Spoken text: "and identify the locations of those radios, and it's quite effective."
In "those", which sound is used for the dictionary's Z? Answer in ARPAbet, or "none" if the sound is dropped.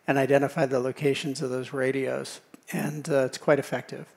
Z